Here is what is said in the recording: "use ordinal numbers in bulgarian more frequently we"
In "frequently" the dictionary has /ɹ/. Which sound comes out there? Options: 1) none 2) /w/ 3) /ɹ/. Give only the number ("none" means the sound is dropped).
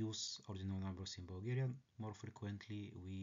3